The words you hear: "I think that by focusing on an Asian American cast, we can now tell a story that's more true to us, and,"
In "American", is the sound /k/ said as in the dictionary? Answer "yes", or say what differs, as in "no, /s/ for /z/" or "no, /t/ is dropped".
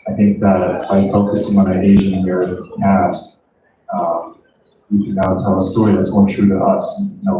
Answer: no, /k/ is dropped